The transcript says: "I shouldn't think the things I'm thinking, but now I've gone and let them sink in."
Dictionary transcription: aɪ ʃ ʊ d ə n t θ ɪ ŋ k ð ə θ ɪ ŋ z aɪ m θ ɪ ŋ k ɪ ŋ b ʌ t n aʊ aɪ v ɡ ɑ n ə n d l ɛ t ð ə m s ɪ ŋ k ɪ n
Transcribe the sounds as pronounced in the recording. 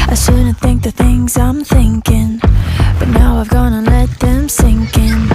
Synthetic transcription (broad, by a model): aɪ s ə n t θ ɪ ŋ k ð ə θ ɪ ŋ z aɪ m θ ɪ ŋ k ɪ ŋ b ʌ t n aʊ aɪ v ɡ ɑ n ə l ɛ t ð ə m s ɪ ŋ k ɪ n